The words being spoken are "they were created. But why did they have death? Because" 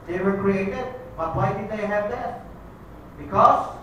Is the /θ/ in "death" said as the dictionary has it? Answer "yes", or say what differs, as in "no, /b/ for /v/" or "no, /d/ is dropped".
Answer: no, /s/ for /θ/